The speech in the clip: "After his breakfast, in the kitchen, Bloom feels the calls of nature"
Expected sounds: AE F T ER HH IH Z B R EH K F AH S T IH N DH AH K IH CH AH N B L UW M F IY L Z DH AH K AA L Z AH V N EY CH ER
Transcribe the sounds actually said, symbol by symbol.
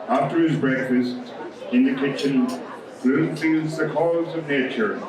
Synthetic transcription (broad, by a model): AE F T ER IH Z B R EH K F AH S T IH N DH AH K IH CH AH N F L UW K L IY Z DH AH K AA Z AH V N EY CH ER